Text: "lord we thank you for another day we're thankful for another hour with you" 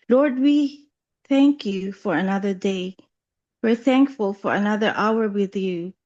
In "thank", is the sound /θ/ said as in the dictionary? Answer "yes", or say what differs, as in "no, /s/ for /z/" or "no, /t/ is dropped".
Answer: yes